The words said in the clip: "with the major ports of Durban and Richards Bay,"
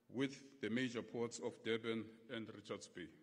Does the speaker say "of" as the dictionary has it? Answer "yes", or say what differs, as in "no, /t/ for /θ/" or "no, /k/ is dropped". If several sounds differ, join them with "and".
no, /f/ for /v/